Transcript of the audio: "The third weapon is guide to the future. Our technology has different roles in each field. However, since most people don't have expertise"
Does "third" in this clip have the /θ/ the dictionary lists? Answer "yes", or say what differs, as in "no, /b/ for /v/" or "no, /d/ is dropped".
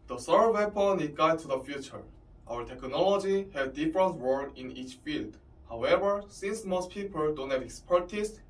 no, /s/ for /θ/